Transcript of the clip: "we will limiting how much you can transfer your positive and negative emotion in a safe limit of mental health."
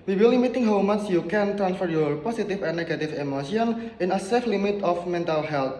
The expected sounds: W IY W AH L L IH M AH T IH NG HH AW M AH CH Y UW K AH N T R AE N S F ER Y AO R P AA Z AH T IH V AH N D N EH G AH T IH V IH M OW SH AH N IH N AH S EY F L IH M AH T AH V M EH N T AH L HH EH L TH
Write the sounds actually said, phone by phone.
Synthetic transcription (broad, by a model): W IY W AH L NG M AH T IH NG HH AW M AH S Y UW K AH N T R AE N S F ER Y AO R P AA S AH T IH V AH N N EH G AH T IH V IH M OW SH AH N IH N AH S EY F L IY M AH T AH F M EH N T AH L HH EH L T